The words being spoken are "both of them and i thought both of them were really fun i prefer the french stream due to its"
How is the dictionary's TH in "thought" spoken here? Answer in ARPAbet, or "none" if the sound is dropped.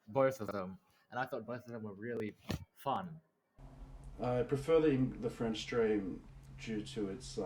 TH